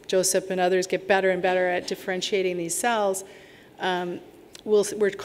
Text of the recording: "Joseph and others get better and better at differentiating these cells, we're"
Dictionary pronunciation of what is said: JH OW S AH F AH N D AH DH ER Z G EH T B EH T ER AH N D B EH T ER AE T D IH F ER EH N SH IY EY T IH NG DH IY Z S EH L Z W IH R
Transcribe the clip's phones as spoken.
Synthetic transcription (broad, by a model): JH OW S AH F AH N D AH DH ER Z G EH T B EH T ER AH N B EH T ER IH T D IH F ER EH N SH IY EY T IH NG DH IY Z S EH L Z W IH R